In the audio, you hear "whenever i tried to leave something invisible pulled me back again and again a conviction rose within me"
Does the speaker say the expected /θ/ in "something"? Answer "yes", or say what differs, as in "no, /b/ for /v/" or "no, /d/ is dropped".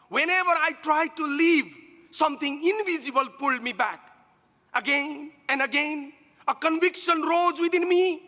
no, /t/ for /θ/